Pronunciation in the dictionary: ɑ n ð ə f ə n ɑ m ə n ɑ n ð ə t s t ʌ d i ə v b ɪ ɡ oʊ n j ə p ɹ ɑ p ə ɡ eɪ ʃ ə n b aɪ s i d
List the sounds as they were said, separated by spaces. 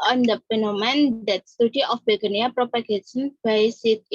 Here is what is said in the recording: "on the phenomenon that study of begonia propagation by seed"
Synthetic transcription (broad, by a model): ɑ n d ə p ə n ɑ m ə n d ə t s t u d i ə f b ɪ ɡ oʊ n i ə p ɹ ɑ p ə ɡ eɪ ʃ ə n b aɪ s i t